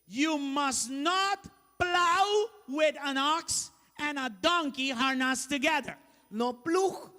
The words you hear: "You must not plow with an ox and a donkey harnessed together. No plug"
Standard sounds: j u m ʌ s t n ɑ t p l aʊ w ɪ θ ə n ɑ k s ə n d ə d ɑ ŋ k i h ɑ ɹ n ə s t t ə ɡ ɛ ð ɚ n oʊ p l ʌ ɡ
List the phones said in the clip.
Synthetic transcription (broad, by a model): j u m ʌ s n ɑ t p l aʊ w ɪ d ə n ɑ k s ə n ə d ɑ ŋ k i h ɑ ɹ n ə s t t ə ɡ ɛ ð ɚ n oʊ p l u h